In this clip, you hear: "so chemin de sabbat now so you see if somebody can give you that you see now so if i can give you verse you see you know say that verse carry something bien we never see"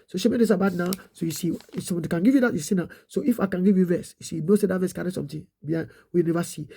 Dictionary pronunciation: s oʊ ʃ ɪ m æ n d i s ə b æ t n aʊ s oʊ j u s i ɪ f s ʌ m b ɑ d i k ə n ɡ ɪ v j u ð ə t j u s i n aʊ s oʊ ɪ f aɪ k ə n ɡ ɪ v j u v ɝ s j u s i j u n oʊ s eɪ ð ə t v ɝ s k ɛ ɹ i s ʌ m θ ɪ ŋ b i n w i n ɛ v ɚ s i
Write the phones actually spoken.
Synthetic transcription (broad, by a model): s oʊ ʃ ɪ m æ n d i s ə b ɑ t n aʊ s oʊ j u s i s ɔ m ɑ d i k ə n ɡ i v j u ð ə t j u s i n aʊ s oʊ ɪ f aɪ k ə n ɡ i v j u v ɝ s j u s i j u n oʊ s eɪ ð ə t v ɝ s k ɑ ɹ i s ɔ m t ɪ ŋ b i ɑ w i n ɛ v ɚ s i